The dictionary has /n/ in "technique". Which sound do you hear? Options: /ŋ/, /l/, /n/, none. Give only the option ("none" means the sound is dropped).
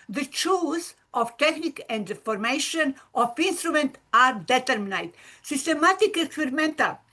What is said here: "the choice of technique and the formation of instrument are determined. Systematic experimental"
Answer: /n/